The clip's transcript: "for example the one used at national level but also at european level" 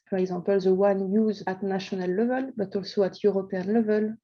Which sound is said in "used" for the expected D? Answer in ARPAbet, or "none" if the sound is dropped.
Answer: none